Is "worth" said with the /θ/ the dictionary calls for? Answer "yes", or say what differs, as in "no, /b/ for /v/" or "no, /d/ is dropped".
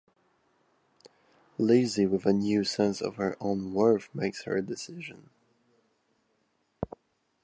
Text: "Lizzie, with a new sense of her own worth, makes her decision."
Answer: no, /f/ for /θ/